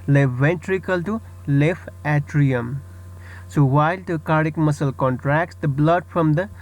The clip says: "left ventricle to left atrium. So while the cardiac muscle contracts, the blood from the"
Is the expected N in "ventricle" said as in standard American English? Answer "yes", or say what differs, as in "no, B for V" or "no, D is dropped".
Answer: yes